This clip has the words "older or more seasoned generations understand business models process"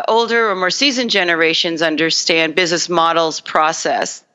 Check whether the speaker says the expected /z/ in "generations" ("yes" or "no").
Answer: yes